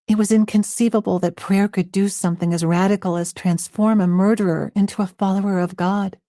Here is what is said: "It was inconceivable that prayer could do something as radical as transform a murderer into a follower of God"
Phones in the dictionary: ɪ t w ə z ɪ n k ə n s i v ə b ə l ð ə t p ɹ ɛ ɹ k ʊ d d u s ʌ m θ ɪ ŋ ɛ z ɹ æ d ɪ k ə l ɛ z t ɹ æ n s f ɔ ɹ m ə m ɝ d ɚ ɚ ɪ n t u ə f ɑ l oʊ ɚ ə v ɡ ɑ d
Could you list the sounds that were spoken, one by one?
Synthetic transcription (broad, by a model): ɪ t w ə z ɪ n k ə n s i v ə b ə l ð ə t p ɹ ɛ ɹ k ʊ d d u s ʌ m θ ɪ ŋ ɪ z ɹ æ d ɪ k l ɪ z t ɹ æ n s f ɔ ɹ m ə m ɝ d ɚ ɚ ɪ n t u ə f ɑ l oʊ ɚ ə v ɡ ɑ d